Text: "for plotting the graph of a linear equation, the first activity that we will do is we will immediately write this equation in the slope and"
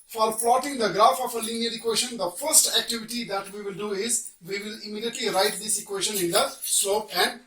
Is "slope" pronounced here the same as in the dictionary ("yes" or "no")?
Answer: no